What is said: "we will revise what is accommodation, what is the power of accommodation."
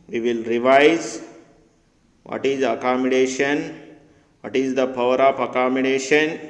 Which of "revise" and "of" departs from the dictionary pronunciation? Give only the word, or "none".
of